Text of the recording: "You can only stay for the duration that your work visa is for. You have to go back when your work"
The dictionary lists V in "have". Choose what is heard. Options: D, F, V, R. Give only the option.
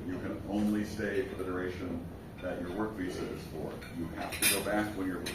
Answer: F